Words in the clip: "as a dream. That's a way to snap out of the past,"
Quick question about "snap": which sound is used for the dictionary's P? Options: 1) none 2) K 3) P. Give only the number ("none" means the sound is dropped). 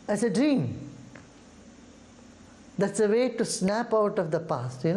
3